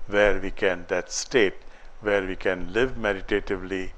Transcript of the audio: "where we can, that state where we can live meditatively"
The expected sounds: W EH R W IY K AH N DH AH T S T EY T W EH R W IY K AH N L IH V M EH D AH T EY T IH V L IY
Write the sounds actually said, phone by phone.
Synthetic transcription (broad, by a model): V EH R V IY K AH N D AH T S T EY T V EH R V IY K AH N L IH V M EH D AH T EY T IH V L IY